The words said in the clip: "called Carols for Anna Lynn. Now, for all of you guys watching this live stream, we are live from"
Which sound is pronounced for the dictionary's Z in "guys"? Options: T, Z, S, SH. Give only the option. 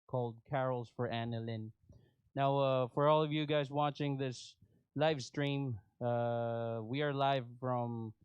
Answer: Z